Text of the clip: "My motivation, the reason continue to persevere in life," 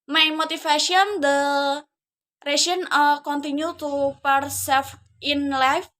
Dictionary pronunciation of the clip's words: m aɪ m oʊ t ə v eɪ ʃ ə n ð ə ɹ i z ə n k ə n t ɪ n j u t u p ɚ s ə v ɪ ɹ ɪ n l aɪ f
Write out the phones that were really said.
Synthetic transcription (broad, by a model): m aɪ m oʊ t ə f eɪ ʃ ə n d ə ɹ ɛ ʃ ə n k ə n t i n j u t u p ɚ s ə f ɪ ɪ n l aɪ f